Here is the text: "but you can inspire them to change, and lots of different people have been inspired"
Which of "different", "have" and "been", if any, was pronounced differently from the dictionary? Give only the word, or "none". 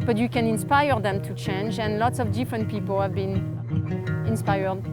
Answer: none